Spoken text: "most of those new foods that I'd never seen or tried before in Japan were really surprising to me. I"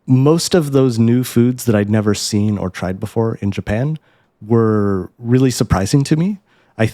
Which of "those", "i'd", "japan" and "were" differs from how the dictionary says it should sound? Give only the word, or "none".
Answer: none